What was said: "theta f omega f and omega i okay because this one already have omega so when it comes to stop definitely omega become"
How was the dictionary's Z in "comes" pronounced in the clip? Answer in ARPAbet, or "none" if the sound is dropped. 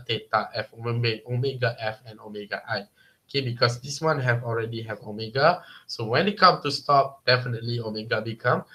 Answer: none